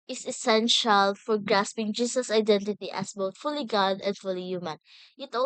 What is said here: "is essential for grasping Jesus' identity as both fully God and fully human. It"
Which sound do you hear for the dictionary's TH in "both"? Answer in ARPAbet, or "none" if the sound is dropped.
T